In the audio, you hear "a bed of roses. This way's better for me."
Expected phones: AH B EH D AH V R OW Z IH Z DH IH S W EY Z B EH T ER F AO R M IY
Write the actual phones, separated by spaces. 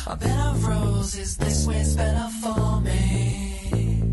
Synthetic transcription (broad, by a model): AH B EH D AH V R OW Z IH Z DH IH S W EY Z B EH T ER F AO L M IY